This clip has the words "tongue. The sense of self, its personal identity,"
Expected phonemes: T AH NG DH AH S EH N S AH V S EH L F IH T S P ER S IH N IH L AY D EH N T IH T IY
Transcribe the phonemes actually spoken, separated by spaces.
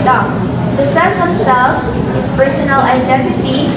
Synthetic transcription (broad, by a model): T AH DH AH S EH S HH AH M S EH L F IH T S P ER S IH N IH L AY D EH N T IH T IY